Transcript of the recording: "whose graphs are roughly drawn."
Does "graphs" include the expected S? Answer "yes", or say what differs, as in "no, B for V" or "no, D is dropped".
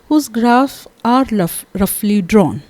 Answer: no, S is dropped